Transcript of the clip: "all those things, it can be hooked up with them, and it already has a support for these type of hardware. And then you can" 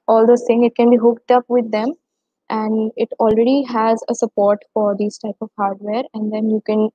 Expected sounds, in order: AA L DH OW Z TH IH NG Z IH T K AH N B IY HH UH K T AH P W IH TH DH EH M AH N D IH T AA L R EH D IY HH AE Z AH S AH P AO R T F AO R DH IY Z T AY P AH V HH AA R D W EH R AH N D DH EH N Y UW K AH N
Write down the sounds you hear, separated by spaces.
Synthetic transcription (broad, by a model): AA L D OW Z T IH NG IH T K AH N B IY HH UH K T AH P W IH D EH M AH N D IH T AA L R EH D IY HH AE Z AH S AH P AO R T F AO R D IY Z T AY P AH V HH AA R D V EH R AH N D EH N Y UW K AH N